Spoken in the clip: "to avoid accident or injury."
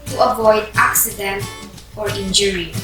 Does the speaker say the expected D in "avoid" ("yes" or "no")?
yes